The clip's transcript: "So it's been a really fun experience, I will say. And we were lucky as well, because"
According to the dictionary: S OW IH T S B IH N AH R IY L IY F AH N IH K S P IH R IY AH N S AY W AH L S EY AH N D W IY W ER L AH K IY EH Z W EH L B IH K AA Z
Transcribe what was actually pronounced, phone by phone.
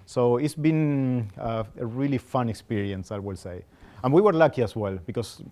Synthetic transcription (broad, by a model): S OW IH T S B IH N AH R IY L IY F AH N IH K S P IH R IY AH N S AY W AH L S EY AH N W IY W ER L AH K IY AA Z W EH L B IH K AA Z